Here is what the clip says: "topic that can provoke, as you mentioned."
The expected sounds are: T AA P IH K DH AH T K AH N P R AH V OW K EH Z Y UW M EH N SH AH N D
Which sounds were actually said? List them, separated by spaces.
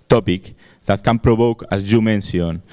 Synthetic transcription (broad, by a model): T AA P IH K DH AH T K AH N P R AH B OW K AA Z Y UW M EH N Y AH N